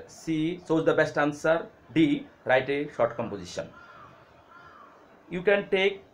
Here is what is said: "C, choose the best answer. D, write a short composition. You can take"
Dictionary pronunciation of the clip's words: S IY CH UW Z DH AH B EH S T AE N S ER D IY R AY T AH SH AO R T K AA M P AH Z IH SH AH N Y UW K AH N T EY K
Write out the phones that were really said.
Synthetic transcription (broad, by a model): S IY S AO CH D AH B EH S T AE N S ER D IY R AY T AH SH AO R T K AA M P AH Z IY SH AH N Y UW K AH N T EY K